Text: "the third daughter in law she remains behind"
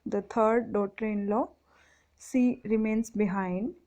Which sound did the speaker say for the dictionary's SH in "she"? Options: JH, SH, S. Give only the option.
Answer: S